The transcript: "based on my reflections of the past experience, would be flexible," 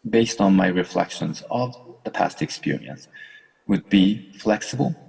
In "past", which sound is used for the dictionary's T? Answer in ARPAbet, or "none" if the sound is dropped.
T